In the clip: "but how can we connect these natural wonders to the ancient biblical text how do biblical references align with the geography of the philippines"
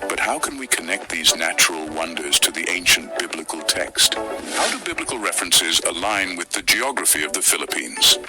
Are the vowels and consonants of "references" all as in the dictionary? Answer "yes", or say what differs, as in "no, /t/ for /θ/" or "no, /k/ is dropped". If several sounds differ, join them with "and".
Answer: yes